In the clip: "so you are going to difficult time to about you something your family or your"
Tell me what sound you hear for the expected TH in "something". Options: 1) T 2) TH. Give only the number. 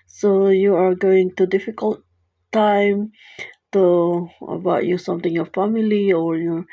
1